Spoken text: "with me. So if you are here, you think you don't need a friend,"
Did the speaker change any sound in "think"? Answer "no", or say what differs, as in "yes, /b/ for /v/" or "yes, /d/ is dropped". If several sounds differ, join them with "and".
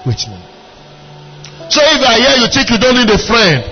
yes, /t/ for /θ/